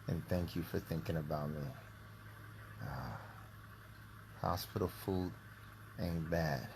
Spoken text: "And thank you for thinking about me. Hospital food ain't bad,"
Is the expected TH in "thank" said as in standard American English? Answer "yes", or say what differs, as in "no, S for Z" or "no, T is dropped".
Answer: yes